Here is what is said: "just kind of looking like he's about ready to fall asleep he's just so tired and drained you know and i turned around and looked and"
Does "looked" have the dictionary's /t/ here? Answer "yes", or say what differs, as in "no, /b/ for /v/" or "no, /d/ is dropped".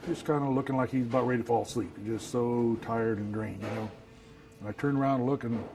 no, /t/ is dropped